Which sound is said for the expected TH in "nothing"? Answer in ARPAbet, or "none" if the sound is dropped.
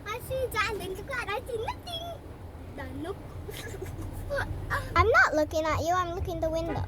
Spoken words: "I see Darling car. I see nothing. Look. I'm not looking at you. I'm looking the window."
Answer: T